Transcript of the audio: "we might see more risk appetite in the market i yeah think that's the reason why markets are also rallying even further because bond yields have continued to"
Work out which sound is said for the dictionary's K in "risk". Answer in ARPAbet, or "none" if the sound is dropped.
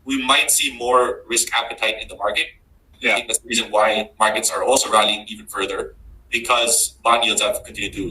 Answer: K